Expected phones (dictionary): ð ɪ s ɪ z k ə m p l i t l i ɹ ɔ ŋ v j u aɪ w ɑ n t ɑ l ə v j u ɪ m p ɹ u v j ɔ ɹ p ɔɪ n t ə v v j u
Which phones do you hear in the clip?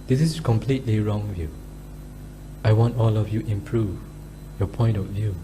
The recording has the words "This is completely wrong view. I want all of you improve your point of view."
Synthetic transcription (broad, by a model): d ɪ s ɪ s k ə m p l i t l i ɹ ɔ ŋ v j u aɪ w ɑ n t ɑ l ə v j u ɪ m p ɹ u v j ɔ p ɔɪ n t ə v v j u